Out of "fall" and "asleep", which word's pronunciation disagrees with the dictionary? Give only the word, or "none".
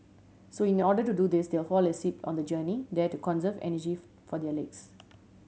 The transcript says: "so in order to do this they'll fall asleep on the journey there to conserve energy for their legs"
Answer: asleep